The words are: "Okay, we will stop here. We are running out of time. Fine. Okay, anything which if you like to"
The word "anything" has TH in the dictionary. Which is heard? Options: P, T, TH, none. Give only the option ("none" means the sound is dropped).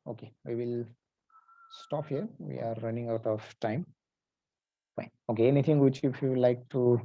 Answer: T